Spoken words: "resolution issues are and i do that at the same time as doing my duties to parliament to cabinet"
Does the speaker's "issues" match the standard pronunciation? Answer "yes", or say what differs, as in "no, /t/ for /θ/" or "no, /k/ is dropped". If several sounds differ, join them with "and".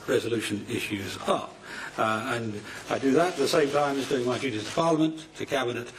yes